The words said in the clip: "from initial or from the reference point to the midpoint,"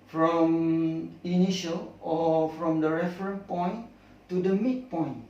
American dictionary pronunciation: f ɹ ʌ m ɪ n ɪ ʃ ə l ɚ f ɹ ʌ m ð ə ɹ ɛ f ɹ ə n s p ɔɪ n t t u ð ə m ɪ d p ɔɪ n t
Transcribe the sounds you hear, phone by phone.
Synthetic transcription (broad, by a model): f ɹ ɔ m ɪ n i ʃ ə l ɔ f ɹ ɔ m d ə ɹ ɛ f ɹ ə n p ɔɪ n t t u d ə m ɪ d p ɔɪ n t